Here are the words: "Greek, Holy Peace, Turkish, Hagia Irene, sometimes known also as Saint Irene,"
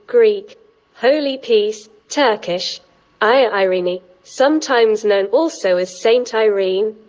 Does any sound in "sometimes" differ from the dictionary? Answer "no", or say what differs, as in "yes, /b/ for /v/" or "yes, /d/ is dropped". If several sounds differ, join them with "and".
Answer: no